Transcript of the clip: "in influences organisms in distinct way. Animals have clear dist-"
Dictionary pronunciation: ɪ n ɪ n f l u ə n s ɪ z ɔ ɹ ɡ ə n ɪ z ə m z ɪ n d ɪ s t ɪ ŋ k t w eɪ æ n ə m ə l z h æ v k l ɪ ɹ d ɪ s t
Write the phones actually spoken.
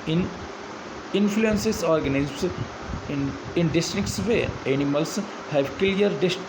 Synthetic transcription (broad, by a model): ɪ n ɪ n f l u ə n s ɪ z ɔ ɹ ɡ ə n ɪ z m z ɪ n d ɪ s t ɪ k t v eɪ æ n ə m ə l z h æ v k l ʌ ɹ d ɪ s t